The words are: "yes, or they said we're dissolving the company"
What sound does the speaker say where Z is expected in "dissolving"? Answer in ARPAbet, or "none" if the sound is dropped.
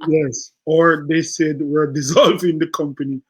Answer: Z